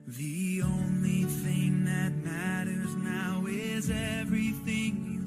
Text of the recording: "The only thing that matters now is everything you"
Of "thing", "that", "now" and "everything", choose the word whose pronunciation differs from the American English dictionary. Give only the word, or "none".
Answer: none